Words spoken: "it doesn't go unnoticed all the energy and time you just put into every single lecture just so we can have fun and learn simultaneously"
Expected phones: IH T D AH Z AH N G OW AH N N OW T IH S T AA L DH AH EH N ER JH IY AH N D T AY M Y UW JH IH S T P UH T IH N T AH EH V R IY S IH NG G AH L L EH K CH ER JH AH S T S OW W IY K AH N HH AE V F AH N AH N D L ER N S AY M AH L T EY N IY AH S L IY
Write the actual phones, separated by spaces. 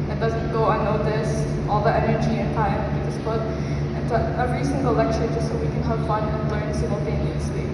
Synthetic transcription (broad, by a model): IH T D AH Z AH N G OW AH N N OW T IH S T AA L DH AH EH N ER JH IY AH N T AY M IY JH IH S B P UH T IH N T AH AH R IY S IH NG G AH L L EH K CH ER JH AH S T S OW W IY K AH N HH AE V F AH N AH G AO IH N S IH M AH L T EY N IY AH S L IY